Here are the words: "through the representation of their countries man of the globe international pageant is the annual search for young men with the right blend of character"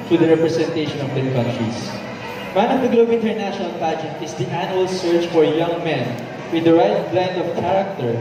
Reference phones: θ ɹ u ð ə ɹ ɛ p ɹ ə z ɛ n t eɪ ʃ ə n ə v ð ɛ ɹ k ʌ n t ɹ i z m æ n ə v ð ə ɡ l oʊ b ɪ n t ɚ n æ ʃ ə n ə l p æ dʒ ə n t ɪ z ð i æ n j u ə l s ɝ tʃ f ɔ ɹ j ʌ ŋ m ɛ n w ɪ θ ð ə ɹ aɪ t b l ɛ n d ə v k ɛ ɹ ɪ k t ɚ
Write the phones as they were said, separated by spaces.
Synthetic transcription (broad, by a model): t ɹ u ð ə ɹ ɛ p ɹ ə s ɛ n t eɪ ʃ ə n ə v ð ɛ ɹ k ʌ n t ɹ i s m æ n ə v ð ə ɡ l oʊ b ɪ n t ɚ n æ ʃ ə n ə l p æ dʒ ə t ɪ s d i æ n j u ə l s ɝ tʃ f ɔ ɹ j ʌ ŋ m ɛ n w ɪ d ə ɹ aɪ t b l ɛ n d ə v k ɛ ɹ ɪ k t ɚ